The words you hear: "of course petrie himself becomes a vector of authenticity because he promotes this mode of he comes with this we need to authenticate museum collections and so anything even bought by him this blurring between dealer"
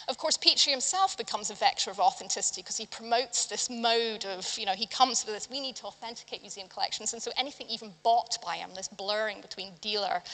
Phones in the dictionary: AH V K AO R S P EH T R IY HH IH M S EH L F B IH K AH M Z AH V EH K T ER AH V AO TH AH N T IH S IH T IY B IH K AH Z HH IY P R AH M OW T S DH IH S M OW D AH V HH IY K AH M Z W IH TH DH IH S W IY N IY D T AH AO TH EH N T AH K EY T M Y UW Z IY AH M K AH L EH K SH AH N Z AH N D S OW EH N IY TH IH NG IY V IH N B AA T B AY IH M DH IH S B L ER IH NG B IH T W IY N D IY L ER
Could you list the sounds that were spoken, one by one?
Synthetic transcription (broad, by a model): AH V K AO R S P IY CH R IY HH IH M S EH L F B IH K AH M Z AH V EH K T ER AH V AO TH AH N T IH S IH T IY K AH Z IY P R AH M OW T S DH IH S M OW D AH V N IY K AH M Z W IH DH IH S W IY N IY D T AH AO TH EH N T AH K EY T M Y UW Z IY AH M K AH L EH K SH N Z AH N S OW EH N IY TH IH NG IY V IH N B AA T B AY IH M DH IH S B L ER IH NG B IH T W IY N D IY L ER